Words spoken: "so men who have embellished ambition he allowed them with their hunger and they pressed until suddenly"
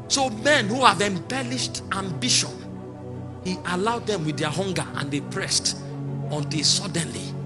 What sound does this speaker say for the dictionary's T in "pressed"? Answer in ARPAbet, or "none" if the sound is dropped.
T